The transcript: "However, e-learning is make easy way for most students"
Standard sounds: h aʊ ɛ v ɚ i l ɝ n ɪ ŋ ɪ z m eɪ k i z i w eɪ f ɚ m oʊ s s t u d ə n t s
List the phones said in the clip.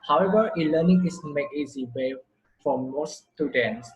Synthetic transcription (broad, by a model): h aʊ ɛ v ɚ i l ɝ n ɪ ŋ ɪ s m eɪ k i z i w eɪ f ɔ m oʊ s s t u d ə n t s